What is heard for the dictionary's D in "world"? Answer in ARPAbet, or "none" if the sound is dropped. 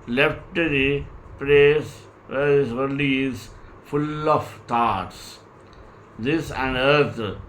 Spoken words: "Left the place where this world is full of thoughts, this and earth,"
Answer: none